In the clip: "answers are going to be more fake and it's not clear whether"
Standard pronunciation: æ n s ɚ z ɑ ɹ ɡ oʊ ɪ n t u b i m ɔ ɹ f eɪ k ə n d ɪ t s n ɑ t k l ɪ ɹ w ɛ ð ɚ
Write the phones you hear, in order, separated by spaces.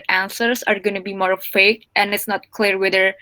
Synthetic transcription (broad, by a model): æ n s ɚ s ɑ ɹ ɡ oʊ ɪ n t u b i m ɔ ɹ f eɪ k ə n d ɪ t s n ɑ t k l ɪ ɹ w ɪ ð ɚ